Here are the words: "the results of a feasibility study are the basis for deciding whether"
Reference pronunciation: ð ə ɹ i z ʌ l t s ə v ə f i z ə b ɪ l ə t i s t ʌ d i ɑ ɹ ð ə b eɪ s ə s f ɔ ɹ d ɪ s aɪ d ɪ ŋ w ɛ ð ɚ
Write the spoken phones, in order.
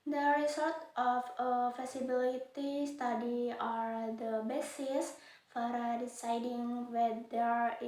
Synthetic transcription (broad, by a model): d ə ɹ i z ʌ l t ə f ə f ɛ s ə b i l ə t i s t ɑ d i ɑ ɹ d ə b eɪ s ə s f ɔ ɹ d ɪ s aɪ d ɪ ŋ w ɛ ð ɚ